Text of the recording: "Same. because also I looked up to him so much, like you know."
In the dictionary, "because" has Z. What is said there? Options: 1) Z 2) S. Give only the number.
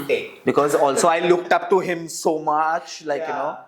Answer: 1